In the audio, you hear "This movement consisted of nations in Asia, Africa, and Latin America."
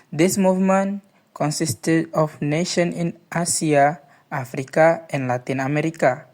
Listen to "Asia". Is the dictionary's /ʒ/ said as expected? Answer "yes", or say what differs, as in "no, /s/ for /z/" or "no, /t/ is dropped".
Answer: no, /s/ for /ʒ/